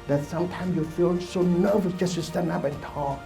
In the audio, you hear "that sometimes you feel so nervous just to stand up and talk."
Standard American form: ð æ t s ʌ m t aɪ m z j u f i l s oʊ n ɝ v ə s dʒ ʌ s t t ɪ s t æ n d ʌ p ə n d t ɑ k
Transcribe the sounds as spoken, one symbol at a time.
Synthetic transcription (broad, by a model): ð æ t s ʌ m t aɪ m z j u f i l s oʊ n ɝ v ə dʒ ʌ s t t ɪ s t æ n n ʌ b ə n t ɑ